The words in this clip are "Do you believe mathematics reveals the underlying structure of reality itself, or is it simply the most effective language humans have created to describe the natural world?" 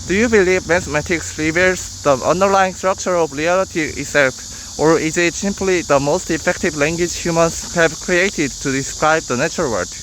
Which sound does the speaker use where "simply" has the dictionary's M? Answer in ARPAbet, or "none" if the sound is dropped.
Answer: M